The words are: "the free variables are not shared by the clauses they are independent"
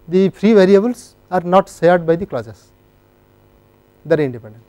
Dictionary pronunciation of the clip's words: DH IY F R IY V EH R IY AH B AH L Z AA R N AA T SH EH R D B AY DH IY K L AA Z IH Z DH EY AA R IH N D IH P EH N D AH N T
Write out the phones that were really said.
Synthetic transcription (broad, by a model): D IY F R IY V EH R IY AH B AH L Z AA R N AA T S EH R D B AY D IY K L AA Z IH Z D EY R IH N D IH P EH N D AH N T